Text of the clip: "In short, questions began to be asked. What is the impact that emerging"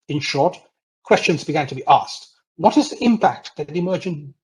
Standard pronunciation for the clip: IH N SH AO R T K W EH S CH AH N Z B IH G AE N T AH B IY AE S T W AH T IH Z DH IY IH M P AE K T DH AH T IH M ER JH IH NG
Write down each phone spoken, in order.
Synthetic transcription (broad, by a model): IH N SH AO R T K W EH S CH AH N Z B IH G AE N T AH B IY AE S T W AH T IH Z DH IY IH M P AE K T DH AH T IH M ER JH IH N